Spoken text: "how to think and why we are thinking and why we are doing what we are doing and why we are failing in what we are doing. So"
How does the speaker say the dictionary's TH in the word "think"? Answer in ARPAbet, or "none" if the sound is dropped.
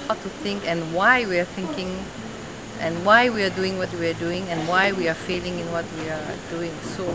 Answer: TH